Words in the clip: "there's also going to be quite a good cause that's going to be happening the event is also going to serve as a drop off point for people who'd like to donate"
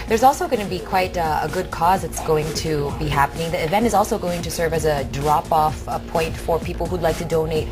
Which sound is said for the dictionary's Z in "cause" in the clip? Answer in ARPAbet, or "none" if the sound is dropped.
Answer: Z